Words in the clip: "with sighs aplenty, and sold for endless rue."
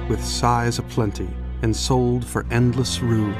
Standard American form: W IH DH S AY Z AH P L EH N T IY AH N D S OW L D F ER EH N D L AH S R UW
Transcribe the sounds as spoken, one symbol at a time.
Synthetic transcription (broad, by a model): W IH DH S AY Z AH P L EH N T IY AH N S OW L D F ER EH N D L AH S R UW